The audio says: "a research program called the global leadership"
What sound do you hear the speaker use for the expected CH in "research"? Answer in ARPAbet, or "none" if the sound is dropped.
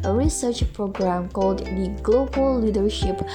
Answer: CH